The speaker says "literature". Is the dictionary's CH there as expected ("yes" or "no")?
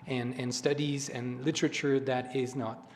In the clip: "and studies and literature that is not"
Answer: yes